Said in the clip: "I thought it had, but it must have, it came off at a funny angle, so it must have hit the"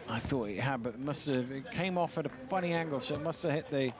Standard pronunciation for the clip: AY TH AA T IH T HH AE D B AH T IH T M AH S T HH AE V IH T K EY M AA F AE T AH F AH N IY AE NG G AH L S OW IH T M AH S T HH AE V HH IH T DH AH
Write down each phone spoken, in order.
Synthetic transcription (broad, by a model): AY TH AA T IH T HH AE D B AH T IH T M AH S T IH V IH T K EY M AA F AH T AH F AH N IY AE NG G AH L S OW IH T M AH S T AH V HH IH T DH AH